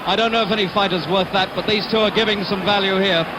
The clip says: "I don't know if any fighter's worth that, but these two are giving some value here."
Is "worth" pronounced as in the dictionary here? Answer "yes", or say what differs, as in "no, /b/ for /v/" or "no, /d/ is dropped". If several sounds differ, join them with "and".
yes